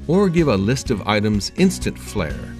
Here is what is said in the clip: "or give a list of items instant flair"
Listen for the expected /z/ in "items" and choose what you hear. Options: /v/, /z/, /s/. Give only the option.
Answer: /z/